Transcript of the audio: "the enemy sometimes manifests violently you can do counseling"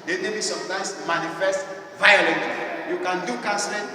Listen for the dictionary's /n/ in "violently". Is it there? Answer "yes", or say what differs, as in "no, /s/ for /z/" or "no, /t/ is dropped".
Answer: no, /n/ is dropped